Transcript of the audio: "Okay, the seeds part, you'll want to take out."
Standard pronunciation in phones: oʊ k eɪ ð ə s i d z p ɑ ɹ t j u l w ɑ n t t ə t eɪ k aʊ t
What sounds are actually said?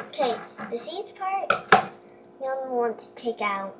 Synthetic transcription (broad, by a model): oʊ k eɪ ð ə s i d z p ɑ ɹ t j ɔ n w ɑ n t t ə t eɪ k aʊ t